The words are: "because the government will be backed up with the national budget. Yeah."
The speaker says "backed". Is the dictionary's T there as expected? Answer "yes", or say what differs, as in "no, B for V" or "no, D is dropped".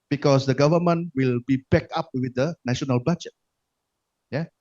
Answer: no, T is dropped